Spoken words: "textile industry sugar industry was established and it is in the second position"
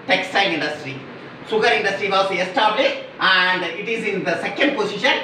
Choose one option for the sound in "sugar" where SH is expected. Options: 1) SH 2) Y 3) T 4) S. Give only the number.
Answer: 4